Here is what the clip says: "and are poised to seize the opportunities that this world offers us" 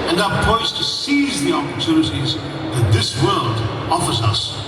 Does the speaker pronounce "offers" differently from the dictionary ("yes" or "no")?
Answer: no